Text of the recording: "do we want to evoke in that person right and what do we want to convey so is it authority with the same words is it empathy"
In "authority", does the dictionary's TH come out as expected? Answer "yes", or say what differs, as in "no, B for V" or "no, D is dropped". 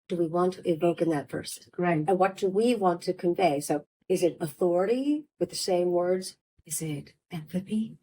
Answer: yes